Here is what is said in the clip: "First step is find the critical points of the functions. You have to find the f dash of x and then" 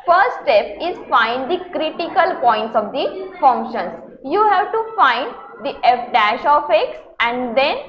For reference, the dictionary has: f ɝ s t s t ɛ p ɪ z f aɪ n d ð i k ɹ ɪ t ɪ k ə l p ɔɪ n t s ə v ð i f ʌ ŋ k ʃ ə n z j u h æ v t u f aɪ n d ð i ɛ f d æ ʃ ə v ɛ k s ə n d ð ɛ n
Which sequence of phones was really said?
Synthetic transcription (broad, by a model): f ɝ t s t ɛ p ɪ z f aɪ n d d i k ɹ ɪ t ɪ k ə l p ɔɪ n t s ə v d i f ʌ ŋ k ʃ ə n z j u h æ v t u f aɪ n d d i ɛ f d æ ʃ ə f ɛ k s ə n d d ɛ n